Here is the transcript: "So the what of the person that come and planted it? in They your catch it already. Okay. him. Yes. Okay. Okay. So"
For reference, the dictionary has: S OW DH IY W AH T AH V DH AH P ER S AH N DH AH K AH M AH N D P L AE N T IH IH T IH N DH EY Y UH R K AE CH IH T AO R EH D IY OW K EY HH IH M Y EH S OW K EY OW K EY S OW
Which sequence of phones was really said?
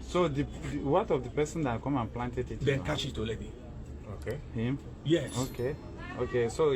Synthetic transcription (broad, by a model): S OW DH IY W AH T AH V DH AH P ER S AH N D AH K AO M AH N P L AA N T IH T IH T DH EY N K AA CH IH T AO L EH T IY OW K EY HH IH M Y EH S OW K EY OW K EY S OW